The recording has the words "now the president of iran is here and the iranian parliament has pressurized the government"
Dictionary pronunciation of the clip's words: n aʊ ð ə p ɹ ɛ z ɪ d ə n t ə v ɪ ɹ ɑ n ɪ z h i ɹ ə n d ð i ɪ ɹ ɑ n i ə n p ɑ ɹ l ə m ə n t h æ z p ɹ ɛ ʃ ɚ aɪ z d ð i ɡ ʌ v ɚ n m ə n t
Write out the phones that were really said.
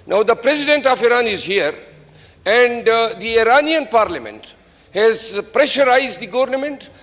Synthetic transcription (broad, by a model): n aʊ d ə p ɹ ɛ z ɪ d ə n t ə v ɪ ɹ ɑ n ɪ z h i ɹ ə n d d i ɪ ɹ ɑ n i ə n p ɑ ɹ l ə m ə n t h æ z p ɹ ɛ ʃ ɚ aɪ z d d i ɡ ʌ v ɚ n m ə n t